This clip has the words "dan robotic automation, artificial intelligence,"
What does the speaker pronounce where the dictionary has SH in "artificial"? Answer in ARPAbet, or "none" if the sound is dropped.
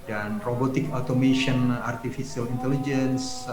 S